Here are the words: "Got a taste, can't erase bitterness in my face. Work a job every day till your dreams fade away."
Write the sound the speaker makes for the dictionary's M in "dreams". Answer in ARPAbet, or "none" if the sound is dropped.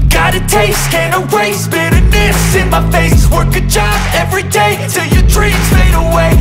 none